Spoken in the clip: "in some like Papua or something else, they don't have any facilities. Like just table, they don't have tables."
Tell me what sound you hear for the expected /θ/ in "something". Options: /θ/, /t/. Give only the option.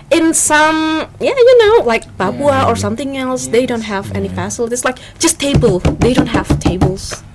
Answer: /θ/